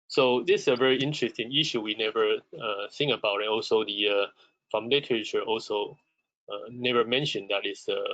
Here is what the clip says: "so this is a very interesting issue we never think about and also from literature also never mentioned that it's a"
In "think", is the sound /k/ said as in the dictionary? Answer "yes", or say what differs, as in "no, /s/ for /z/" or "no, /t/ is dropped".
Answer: no, /k/ is dropped